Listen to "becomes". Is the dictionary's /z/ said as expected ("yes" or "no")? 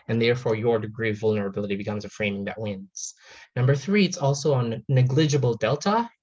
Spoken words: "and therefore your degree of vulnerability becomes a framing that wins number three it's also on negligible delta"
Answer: yes